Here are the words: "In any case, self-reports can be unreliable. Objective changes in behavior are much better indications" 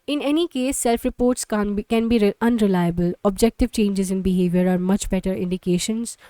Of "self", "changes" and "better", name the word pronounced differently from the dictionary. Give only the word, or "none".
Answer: none